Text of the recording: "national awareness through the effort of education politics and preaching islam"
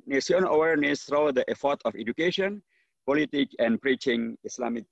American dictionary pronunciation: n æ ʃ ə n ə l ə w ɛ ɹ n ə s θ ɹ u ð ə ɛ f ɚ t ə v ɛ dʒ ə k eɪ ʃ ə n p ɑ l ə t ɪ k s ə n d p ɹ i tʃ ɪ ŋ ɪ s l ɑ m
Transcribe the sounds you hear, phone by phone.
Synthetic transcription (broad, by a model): n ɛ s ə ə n ə w ɛ ɹ n ə s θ ɹ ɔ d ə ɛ f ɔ t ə f ɛ dʒ ə k eɪ ʃ ə n p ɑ l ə t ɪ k ə n p ɹ i tʃ ɪ ŋ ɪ s l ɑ m